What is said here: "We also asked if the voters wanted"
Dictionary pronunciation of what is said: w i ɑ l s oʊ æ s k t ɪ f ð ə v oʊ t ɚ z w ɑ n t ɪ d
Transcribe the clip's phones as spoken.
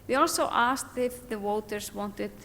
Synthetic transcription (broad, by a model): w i ɑ l s oʊ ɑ s k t ɪ f ð ə w oʊ t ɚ s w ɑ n t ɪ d